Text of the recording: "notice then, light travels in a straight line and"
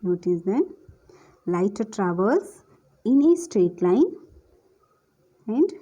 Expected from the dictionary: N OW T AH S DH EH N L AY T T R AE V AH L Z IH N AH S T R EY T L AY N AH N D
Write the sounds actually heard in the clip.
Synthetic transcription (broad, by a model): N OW T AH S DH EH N L AY T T R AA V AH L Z IH N AH S T R EY T L AY N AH N D